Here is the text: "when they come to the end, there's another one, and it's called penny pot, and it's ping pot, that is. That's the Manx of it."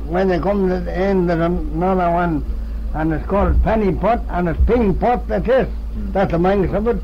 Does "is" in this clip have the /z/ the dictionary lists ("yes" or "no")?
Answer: no